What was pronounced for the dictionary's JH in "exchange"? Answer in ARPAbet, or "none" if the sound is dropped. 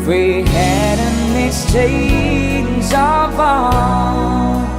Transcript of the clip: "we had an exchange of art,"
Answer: Z